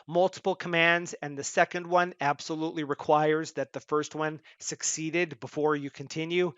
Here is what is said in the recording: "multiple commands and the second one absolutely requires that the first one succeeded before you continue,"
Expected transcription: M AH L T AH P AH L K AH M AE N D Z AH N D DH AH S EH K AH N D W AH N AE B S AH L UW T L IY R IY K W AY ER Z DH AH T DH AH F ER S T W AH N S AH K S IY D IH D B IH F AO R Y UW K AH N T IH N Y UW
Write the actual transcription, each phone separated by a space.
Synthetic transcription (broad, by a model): M AH L T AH P L K AH M AE N D Z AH N DH AH S EH K AH N D W AH N AE B S AH L UW T L IY R IY K W AY ER Z DH AH T DH AH F ER S T W AH N S AH K S IY D IH D B IH F AO R Y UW K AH N T IH N Y UW